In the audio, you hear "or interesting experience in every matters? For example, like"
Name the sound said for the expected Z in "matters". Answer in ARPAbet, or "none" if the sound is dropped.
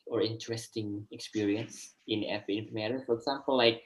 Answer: none